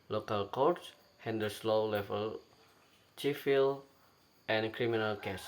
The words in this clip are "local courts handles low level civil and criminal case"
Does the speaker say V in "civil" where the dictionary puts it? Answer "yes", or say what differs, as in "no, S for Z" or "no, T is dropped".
no, F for V